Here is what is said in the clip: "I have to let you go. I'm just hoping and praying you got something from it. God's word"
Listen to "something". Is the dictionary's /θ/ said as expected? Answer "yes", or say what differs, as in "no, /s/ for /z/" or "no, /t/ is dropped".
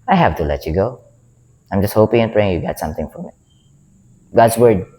no, /t/ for /θ/